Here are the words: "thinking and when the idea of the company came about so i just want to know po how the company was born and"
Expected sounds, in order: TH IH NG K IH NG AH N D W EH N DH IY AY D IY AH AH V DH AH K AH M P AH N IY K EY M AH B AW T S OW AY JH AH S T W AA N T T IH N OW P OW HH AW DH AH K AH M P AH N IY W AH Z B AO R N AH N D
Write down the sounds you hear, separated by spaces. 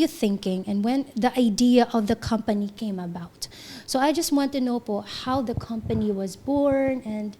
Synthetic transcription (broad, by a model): TH IH NG K IH NG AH N W EH N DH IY AY D IY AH AH V DH AH K AH M P AH N IY K EY M AH B AW T S OW AY JH AH S T W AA N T T IH N OW B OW HH AW DH AH K AH M P AH N IY W AH Z B AO R N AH N